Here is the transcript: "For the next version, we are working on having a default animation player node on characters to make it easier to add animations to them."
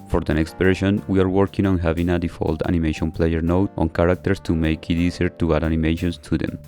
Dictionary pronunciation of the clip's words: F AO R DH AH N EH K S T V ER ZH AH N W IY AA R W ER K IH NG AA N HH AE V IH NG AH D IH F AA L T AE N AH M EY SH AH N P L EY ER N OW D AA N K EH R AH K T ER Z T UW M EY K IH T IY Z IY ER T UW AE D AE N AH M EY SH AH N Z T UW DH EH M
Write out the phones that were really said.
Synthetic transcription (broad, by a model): F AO R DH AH N EH K S T P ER SH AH N W IY AA R W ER K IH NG AA N HH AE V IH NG AH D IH F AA L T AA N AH M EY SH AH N P L EY ER N OW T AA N K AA R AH K T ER S T UW M EY K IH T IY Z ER T UW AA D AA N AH M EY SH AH N S T UW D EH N